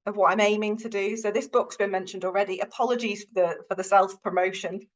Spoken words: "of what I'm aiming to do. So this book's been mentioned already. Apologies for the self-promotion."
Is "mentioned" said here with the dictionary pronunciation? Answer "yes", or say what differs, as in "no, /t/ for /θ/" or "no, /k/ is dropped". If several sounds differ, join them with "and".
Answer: yes